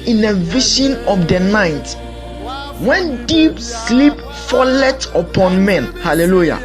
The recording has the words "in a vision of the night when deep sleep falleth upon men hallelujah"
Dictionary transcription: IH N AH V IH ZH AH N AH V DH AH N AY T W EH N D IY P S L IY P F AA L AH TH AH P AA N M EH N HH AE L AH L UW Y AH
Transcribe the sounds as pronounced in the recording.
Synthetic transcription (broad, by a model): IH N AH V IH SH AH N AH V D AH N AY T W EH N D IY P S L IY P F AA L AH T AH P AA N M EH N HH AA L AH L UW Y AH